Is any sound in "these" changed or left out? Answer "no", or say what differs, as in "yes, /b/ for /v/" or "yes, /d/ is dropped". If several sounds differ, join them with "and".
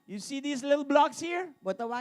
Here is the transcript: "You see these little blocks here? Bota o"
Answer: yes, /s/ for /z/